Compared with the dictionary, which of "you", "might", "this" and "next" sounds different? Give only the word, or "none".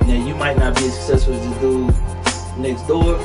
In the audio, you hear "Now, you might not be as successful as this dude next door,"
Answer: this